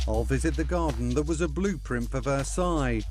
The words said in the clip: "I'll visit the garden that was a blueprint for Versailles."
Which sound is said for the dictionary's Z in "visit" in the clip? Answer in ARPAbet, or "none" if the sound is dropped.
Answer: Z